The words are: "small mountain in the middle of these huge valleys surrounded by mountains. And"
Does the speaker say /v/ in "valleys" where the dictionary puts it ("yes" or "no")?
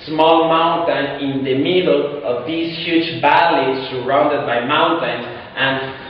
no